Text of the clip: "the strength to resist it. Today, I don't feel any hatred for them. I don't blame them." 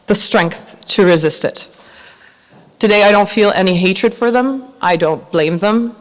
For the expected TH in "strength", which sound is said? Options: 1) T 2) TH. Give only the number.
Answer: 2